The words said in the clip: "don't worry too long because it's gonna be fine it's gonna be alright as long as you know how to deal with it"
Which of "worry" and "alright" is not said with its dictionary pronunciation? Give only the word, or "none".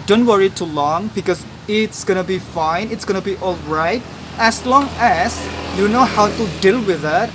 none